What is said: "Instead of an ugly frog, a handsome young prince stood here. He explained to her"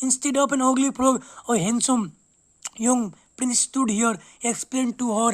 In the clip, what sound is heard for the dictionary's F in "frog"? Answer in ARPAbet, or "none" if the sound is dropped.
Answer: P